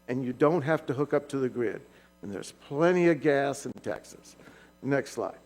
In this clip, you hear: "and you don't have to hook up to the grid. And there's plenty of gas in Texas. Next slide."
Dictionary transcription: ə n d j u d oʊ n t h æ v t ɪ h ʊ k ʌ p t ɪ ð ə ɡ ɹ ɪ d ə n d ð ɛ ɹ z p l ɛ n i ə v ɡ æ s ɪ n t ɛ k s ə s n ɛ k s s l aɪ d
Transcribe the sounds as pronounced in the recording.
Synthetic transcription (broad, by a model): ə n j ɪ d oʊ n t h æ f t ɪ h ʊ k ʌ p t ɪ ð ə ɡ ɹ ɪ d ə n ð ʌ ɹ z p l ɛ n i ə v ɡ æ s ɪ n t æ k s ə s n ɛ k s s l aɪ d